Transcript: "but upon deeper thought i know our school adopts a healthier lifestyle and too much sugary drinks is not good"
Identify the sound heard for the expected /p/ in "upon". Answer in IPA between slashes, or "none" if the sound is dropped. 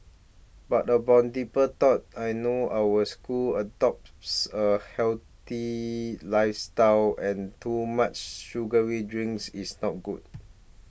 /b/